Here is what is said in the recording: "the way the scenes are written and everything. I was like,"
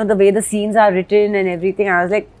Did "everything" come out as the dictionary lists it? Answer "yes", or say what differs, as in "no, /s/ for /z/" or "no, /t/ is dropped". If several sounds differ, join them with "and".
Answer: no, /t/ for /θ/